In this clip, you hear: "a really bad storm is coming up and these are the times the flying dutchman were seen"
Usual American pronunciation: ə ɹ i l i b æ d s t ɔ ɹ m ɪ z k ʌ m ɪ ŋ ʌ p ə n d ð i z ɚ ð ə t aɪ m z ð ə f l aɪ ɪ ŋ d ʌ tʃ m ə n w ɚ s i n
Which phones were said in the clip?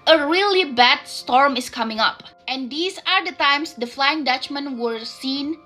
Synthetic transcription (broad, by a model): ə ɹ i l i b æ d s t ɔ ɹ m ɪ s k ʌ m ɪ ŋ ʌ p ə n d i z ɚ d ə t aɪ m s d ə f l aɪ ɪ ŋ d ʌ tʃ m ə n w ɚ s i n